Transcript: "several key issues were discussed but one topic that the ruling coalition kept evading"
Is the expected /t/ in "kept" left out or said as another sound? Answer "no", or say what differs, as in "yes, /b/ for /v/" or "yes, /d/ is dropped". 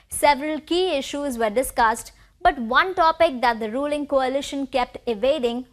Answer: no